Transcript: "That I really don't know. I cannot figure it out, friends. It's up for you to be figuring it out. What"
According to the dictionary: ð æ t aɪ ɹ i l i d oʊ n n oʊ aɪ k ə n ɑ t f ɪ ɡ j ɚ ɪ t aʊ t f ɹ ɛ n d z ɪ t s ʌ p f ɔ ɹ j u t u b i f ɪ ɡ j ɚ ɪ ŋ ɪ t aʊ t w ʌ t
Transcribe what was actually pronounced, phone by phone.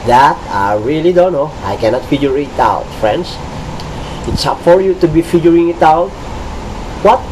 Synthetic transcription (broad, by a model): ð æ t aɪ ɹ i l i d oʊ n n oʊ aɪ k ə n ɑ t f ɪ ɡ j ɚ ɪ t aʊ t f ɹ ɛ n d s ɪ t s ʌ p f ɔ ɹ j u t u b i f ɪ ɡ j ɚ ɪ ŋ ɪ t aʊ t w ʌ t